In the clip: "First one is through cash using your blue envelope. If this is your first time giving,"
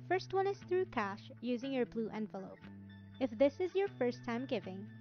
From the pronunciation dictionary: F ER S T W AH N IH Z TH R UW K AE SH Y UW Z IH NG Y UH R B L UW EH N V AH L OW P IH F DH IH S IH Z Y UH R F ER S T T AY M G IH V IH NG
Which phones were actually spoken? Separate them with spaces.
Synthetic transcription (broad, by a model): F ER S T W AH N IH Z TH R UW K AE SH Y UW Z IH NG Y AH R B L UW EH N V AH L OW P IH F DH IH S IH Z Y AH R F ER S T T AY M G IH V IH NG